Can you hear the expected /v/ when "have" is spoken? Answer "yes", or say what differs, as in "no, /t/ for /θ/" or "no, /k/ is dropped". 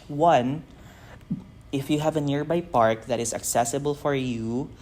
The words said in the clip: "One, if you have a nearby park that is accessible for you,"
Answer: yes